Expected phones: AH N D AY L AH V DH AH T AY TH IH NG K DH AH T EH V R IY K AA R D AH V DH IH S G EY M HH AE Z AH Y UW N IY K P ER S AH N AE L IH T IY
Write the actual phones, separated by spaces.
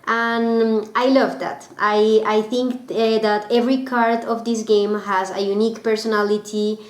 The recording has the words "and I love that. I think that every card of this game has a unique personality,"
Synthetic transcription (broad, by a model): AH N AY L AH V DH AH T AY TH IH NG K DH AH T EH V R IY K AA R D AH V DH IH S G EY M HH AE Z AH Y UW N IY K P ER S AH N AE L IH T IY